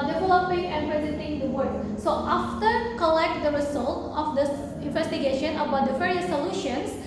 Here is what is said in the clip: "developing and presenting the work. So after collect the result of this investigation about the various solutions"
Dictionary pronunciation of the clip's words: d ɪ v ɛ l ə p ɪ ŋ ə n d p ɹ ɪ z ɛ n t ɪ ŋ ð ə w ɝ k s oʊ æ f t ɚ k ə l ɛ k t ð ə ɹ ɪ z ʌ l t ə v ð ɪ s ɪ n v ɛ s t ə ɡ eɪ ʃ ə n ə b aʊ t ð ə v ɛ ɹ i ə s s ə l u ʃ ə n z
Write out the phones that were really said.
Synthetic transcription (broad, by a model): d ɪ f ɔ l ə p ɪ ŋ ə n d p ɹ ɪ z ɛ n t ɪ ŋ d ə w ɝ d s oʊ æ f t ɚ k ə l ɛ k t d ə ɹ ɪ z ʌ l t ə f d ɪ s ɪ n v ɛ s t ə ɡ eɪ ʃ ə n ə b aʊ t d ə f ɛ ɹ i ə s s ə l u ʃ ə n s